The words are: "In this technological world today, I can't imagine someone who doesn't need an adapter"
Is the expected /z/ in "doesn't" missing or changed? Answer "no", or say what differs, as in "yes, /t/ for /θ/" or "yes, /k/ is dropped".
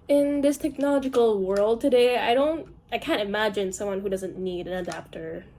no